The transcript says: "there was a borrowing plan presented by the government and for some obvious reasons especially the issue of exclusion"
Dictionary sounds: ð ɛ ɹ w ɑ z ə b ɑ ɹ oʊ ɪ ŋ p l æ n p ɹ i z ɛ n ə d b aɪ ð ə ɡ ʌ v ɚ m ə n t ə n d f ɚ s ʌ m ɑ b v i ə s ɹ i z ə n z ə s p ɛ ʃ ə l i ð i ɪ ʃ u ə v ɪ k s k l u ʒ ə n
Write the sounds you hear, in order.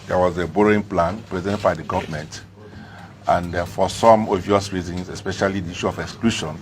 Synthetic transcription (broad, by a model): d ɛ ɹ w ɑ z ə b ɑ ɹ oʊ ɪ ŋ p l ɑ n p ɹ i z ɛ n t b aɪ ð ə ɡ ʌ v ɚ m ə n t ə n d f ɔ s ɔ m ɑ v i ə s ɹ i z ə n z ə s p ɛ ʃ ə l i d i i ʃ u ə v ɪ k s k l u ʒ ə n